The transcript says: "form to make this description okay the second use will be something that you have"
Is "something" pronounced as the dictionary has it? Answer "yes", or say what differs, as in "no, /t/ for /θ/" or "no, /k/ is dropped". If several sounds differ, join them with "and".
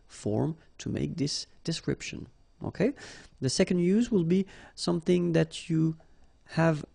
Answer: yes